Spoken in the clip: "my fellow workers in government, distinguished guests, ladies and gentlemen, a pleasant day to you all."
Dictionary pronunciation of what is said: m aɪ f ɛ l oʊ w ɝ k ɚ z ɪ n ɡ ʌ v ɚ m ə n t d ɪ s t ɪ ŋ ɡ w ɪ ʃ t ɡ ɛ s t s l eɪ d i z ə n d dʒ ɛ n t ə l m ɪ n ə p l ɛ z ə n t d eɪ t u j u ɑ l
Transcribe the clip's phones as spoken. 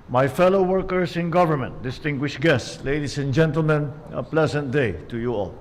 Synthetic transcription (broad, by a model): m aɪ f ɛ l oʊ w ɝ k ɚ s ɪ n ɡ ʌ v ɚ m ə n t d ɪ s t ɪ ŋ ɡ w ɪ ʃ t ɡ ɛ s t s l eɪ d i s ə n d dʒ ɛ n t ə l m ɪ n ə p l ɛ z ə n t d eɪ t u j u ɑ l